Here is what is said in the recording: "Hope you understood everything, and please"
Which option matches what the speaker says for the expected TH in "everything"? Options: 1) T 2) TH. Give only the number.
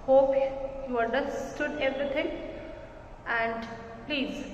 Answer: 1